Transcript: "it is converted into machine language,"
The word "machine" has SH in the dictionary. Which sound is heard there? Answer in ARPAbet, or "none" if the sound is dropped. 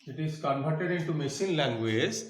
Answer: S